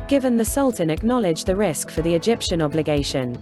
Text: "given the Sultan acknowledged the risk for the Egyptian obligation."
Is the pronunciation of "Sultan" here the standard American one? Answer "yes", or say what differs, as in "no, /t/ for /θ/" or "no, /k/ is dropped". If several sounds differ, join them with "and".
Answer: yes